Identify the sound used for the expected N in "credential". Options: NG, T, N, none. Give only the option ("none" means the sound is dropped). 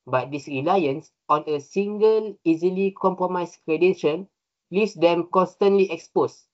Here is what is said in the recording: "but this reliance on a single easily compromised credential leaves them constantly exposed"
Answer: none